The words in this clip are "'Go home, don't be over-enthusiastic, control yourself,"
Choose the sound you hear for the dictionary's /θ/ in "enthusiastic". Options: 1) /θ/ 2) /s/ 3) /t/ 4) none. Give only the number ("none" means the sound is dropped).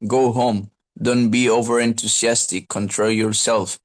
3